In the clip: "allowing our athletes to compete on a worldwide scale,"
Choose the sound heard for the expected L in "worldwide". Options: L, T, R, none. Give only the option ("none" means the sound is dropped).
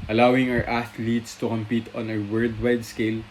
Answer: none